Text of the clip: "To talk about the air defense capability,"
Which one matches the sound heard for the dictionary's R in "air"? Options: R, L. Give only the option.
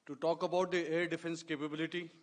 R